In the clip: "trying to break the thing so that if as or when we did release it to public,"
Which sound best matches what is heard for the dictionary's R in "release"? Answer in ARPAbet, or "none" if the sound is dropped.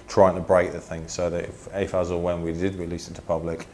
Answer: W